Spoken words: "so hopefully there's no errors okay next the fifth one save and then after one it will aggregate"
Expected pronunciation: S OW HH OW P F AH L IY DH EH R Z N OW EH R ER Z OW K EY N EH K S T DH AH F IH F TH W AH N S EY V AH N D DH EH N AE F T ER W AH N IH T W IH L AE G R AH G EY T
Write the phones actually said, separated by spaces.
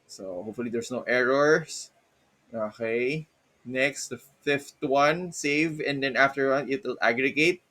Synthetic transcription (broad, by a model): S OW HH OW P F AH L IY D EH R S N OW EH R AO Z OW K EY N EH K S T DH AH F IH F T W AH N S EY V AH N D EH N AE F T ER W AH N IH T W IH L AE G R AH G EY T